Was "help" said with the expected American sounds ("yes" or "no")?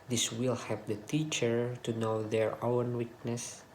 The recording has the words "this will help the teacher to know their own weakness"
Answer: no